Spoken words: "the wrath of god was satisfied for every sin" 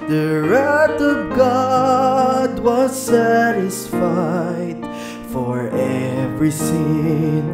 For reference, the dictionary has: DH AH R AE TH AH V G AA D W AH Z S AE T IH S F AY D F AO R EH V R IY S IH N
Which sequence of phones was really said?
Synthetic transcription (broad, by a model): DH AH R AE T AH V G AA D W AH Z S AE T IH S F AY D F AO R EH V R IY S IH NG